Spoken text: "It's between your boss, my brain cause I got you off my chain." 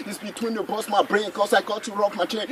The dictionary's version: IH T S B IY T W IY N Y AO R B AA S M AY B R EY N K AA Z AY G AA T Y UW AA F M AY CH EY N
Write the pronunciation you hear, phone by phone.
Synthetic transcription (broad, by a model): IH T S B IY T W IY N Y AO B AA S M AY B R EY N K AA S AY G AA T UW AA P M AY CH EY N